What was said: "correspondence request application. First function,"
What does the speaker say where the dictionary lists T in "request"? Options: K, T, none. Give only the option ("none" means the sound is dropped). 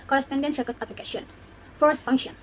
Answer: none